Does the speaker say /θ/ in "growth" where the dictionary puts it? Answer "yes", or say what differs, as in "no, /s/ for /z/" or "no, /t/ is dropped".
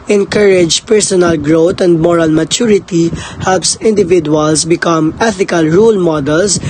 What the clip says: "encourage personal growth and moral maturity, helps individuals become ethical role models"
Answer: no, /t/ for /θ/